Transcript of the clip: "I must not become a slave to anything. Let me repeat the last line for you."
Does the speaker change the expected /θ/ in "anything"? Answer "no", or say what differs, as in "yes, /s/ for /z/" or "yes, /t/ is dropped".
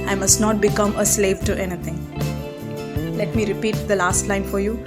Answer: yes, /t/ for /θ/